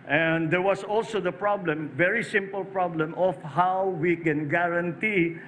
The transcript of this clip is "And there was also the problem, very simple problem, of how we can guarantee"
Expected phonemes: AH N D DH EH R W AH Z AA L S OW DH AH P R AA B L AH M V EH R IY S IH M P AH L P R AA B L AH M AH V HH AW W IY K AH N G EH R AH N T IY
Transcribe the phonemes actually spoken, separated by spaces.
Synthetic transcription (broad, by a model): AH N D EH R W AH S AA L S OW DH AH P R AA B L AH M V EH R IY S IH M P AH L P R AA B L AH M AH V HH AW W IY K AH N G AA R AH N T IY